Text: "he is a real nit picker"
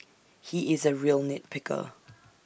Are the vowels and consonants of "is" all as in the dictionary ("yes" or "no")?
yes